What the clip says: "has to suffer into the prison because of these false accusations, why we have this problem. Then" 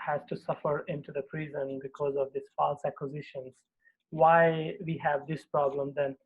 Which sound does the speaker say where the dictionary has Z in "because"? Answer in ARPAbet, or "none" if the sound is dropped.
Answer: Z